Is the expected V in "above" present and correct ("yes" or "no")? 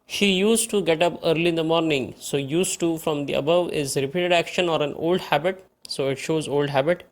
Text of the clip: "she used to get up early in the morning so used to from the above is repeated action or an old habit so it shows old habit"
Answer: yes